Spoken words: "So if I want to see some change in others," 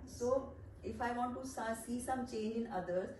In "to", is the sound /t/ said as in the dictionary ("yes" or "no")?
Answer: no